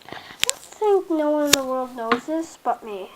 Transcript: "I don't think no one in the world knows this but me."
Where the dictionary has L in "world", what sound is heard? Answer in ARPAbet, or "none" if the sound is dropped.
L